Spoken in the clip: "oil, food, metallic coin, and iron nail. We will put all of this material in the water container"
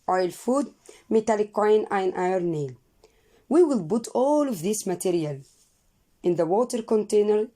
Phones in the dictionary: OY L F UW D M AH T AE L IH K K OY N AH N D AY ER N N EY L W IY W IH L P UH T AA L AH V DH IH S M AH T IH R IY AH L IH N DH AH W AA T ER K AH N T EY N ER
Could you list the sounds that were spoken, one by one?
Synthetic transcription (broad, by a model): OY L F UW D M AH T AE L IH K K OY N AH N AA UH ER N N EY L W IY W IH L B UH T AA L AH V DH IH S M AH T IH R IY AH L IH N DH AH W AA T ER K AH N T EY N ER